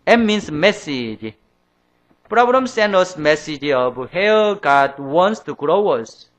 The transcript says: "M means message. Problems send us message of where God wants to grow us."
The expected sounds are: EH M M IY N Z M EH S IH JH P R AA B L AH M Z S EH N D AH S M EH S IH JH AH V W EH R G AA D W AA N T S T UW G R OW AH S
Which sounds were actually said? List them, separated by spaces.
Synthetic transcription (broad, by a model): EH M M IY N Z M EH S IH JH P R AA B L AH M S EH N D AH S M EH S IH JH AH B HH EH L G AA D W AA N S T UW G R OW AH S